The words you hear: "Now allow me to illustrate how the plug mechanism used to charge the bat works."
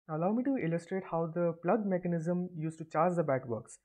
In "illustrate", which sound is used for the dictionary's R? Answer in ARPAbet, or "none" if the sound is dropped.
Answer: R